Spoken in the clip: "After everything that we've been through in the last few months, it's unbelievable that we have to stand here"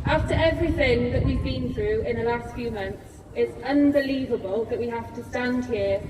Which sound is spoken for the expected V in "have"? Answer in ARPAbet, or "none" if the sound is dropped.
F